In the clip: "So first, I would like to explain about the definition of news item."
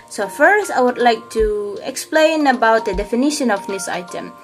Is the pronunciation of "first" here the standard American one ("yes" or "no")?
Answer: yes